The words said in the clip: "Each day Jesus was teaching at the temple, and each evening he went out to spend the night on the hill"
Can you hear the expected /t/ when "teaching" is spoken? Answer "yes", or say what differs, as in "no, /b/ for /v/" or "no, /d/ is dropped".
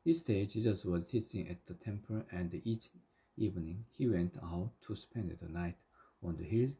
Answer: no, /s/ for /t/